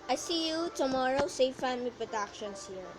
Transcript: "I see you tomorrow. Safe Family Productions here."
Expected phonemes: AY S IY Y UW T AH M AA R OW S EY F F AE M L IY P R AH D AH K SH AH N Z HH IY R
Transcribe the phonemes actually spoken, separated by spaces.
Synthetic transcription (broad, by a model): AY S IY Y UW T AH M AA R OW S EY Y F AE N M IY P R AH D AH K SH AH N S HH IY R